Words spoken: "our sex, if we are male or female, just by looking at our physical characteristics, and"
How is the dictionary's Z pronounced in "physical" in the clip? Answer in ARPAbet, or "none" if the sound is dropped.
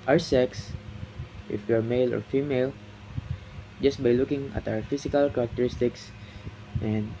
S